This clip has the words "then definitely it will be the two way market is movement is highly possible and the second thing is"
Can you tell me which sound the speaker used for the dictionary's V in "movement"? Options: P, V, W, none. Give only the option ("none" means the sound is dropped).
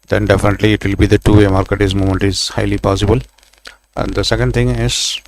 none